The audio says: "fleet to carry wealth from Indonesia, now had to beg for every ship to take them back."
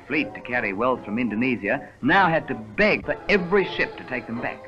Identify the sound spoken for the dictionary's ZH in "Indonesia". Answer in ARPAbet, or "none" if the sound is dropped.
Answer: Z